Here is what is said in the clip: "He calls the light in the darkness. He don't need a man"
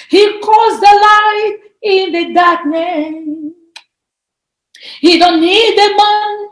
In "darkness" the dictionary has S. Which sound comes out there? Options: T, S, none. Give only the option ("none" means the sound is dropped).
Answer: none